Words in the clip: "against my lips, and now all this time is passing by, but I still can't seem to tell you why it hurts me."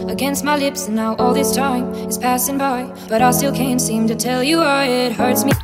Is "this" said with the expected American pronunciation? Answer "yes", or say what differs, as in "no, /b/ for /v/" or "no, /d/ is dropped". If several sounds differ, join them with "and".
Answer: yes